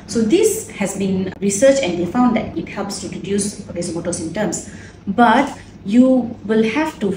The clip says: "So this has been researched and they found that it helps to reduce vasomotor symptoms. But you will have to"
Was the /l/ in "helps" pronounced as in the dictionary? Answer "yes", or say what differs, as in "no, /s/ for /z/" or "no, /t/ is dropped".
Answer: yes